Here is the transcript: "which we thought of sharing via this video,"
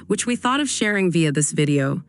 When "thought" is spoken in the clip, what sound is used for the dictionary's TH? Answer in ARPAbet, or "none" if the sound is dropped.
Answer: TH